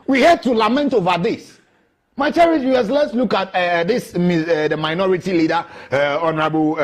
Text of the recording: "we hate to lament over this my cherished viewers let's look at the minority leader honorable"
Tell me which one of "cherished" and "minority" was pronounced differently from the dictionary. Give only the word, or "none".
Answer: cherished